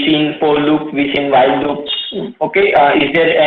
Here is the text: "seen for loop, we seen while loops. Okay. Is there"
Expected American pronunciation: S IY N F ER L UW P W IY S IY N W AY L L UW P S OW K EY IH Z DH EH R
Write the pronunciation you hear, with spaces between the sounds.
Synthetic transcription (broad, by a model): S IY N P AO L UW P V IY S IY N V AY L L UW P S OW K EY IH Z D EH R